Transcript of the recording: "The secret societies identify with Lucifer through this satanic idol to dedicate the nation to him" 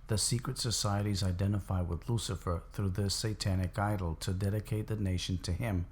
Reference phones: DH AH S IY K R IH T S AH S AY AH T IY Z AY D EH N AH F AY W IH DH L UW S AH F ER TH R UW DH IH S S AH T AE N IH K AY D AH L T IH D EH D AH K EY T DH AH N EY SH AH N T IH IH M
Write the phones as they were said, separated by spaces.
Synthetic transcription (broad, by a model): DH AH S IY K R IH T S AH S AY AH T IY Z AY D EH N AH F AY W IH DH L UW S AH F ER TH R UW DH IH S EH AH T AE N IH K AY D L T IH D EH D AH K EY T DH AH N EY SH N T IH IH M